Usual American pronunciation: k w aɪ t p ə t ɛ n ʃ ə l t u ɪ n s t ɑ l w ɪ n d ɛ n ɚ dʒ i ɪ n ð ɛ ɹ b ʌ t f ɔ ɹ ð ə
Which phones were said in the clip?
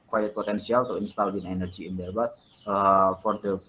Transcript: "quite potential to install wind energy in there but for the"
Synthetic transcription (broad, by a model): k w aɪ t p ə t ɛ n s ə l t u ɪ n s t ɑ l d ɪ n ɛ n ɚ dʒ i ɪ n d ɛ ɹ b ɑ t f ɔ ɹ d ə